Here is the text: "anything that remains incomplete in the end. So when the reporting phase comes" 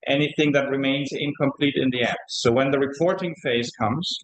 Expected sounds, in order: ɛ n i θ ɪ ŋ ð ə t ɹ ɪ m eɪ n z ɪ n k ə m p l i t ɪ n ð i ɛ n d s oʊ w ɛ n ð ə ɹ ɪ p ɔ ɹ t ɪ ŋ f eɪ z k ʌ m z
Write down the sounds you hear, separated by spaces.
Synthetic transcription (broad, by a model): ɛ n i θ ɪ ŋ ð ə t ɹ ɪ m eɪ n z ɪ n k ə m p l i t ɪ n ð i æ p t s oʊ w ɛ n ð ə ɹ ɪ p ɔ ɹ t ɪ ŋ f eɪ z k ʌ m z